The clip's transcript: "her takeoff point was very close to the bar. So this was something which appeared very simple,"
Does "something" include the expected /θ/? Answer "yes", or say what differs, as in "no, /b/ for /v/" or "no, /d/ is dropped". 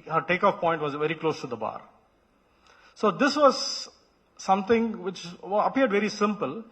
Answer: no, /t/ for /θ/